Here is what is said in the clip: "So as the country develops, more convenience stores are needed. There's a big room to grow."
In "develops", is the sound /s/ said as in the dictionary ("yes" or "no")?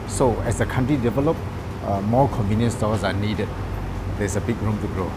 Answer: no